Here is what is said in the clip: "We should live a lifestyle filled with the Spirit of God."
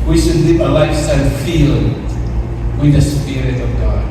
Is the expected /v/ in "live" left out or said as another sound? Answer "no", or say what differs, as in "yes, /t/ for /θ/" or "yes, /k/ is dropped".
yes, /p/ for /v/